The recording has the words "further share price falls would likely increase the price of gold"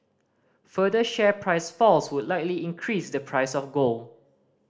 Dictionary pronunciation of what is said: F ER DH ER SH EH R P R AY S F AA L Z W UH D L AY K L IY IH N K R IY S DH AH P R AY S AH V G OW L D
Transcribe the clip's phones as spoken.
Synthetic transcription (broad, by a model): F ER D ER SH EH P R AY S F AA L S W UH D L AY K L IY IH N K R IY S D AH P R AY S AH F G OW L